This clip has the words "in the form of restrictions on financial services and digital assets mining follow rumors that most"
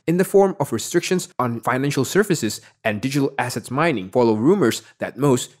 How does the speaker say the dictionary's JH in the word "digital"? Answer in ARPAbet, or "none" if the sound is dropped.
JH